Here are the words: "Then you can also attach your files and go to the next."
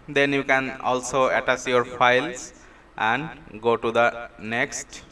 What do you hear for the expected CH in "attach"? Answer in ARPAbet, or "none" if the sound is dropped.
S